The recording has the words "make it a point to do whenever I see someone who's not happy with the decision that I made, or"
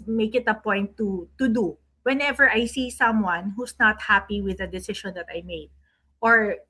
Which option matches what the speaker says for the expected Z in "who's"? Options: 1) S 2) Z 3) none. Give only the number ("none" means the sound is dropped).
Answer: 1